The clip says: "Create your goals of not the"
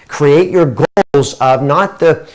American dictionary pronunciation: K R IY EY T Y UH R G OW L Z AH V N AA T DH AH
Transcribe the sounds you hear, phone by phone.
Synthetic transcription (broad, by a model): K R IY EY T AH R G OW L Z AH V N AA T DH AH